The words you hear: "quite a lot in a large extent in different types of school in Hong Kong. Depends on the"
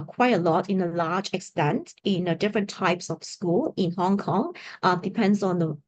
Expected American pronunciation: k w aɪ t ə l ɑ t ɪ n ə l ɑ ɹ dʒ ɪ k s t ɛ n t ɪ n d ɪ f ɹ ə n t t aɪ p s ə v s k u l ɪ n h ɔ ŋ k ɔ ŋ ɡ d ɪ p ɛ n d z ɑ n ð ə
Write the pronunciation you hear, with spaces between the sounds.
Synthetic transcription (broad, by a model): k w aɪ t ə l ɑ t ɪ n ə l ɑ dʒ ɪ k s t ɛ n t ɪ n d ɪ f ɹ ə n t t aɪ p s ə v s k u l ɪ n h ɔ ŋ k ɔ ŋ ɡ d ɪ p ɛ n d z ɑ n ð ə